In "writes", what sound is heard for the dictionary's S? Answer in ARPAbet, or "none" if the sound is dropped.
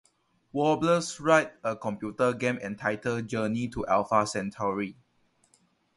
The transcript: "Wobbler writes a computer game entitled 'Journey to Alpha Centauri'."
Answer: none